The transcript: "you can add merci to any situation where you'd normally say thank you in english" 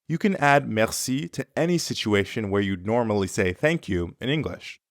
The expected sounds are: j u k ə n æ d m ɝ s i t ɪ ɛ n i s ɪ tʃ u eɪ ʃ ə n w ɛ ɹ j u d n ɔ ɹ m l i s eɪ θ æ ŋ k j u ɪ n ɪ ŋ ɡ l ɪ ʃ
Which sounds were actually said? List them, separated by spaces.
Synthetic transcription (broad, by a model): j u k ə n æ d m ɝ s i t ɪ ɛ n i s ɪ tʃ u eɪ ʃ ə n w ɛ ɹ j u d n ɔ ɹ m l i s eɪ θ æ ŋ k j u ɪ n ɪ ŋ ɡ l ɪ ʃ